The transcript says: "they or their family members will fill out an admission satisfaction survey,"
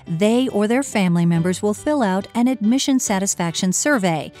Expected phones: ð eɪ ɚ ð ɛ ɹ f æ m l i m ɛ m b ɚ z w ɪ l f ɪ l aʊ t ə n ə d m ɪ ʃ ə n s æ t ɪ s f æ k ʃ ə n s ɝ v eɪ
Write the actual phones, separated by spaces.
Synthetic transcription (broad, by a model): ð eɪ ɚ ð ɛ ɹ f æ m l i m ɛ m b ɚ z w ɪ l f ɪ l aʊ t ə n ə d m ɪ ʃ ə n s æ t ɪ s f æ k ʃ ə n s ɝ v eɪ